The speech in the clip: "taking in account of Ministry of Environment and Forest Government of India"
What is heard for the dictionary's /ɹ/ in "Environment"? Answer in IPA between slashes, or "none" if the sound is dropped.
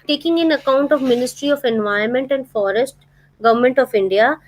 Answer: none